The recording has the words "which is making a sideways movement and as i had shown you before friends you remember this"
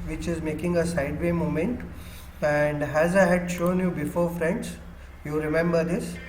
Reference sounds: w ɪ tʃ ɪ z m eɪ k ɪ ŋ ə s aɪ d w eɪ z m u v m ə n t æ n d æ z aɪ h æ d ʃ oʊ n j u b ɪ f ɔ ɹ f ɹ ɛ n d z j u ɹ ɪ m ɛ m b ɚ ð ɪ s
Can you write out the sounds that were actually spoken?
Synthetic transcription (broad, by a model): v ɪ tʃ ɪ z m eɪ k ɪ ŋ ə s aɪ d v eɪ m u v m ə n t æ n d æ z aɪ h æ d ʃ oʊ n j u b ɪ f ɔ ɹ f ɹ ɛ n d s j u ɹ ɪ m ɛ m b ɚ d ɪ s